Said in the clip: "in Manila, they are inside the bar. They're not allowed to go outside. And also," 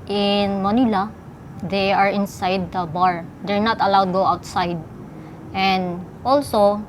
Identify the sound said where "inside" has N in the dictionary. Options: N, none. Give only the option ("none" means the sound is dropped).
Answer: N